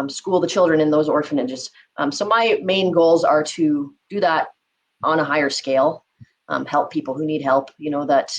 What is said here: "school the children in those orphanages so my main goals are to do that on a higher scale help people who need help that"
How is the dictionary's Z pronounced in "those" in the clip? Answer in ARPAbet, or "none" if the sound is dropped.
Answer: Z